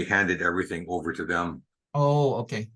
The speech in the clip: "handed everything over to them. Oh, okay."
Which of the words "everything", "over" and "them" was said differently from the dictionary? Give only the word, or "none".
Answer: none